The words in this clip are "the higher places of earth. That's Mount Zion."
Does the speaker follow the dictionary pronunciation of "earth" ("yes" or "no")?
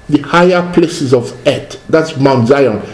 no